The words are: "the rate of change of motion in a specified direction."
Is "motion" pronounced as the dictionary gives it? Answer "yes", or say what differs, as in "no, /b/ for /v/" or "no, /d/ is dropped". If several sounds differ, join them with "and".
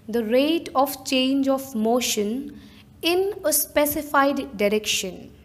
yes